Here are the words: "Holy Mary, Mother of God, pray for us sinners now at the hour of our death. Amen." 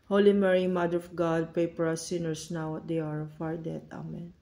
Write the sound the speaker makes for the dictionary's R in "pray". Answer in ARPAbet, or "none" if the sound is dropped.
none